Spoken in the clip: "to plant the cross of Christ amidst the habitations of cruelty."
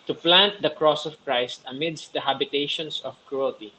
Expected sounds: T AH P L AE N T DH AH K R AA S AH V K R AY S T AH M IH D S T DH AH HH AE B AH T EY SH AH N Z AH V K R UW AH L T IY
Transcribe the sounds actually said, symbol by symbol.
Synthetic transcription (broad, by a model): T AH P L AE N T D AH K R AA S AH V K R AY S T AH M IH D S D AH HH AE B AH T EY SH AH N S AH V K R UW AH L T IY